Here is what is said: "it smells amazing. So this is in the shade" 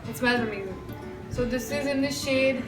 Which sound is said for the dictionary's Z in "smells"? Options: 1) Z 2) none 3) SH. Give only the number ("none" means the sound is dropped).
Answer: 2